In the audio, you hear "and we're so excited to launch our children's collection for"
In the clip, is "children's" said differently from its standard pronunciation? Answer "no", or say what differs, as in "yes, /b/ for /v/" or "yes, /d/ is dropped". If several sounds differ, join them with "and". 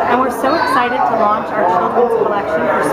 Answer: yes, /l/ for /n/